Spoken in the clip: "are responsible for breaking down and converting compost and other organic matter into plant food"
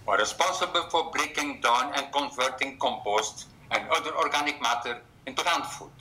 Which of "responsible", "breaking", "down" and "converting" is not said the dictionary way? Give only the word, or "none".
responsible